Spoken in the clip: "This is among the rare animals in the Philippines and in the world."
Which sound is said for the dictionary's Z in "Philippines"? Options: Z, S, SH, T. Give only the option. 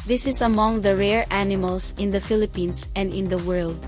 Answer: S